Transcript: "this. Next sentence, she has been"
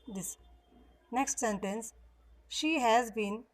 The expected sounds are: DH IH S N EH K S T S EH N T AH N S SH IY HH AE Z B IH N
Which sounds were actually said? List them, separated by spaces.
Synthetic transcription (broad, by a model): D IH S N EH K S T S EH N T AH N S SH IY HH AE Z B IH N